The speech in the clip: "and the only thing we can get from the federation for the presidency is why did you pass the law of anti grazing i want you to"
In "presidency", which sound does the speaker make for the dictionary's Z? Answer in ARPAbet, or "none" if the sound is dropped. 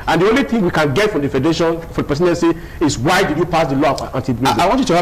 S